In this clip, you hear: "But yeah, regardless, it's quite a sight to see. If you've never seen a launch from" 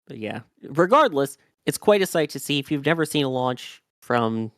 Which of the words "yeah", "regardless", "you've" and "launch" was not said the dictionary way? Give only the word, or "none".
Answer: none